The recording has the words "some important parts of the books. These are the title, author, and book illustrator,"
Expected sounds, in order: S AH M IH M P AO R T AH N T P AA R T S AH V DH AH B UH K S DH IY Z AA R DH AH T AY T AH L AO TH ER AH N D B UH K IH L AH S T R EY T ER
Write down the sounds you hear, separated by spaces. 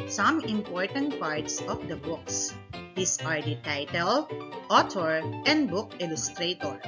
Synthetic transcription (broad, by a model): S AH M IH M P AO R T AH N T P AA R T S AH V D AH B UH K S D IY S AA R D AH T AY T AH L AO T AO AH N D B UH K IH L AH S T R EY T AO